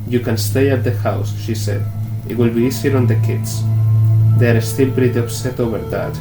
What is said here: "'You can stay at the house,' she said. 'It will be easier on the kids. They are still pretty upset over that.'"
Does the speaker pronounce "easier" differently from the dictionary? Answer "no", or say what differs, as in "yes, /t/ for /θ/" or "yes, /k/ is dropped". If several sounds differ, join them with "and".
yes, /s/ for /z/